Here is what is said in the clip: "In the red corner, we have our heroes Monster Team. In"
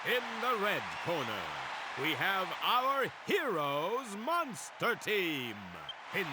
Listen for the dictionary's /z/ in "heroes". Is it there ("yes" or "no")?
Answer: yes